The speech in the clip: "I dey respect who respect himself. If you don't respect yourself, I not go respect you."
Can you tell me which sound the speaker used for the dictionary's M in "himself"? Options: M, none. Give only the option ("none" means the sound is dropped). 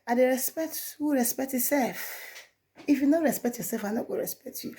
none